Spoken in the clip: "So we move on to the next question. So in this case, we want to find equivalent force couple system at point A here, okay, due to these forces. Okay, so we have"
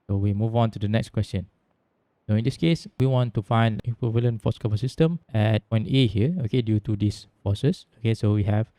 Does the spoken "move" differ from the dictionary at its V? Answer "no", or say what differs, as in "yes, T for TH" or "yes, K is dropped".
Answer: no